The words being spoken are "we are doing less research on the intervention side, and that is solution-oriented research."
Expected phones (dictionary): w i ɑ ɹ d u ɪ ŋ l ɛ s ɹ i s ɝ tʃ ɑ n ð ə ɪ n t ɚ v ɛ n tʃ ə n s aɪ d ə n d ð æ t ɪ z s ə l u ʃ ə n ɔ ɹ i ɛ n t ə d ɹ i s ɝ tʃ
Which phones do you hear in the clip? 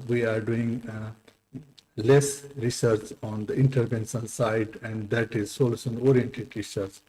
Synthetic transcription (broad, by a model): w i ɑ ɹ d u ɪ ŋ l ɛ s ɹ i s ɝ tʃ ɑ n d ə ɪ n t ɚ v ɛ n s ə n s aɪ d ə n d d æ t ɪ z s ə l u s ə n ɔ ɹ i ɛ n t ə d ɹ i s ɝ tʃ